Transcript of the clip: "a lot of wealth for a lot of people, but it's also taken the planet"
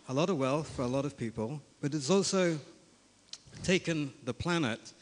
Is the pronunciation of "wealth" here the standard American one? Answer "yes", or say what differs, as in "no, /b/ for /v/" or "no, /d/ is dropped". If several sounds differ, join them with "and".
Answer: yes